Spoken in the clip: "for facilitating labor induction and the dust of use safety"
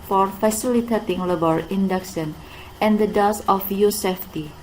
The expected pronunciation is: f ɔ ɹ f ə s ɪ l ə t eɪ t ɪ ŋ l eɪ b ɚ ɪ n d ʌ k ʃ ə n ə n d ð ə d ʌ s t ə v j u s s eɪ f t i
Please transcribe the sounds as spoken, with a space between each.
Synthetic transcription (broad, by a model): f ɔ ɹ f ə s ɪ l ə t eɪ t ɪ ŋ l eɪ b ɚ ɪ n d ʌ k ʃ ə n ə n d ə d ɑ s ə f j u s s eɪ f t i